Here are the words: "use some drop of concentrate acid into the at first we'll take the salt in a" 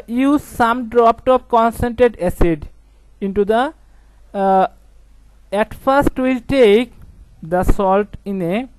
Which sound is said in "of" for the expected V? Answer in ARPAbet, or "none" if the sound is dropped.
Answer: P